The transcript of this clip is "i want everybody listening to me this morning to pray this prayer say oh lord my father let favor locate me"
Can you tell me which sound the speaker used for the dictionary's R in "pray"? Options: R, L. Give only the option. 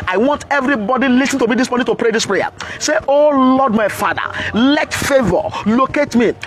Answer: R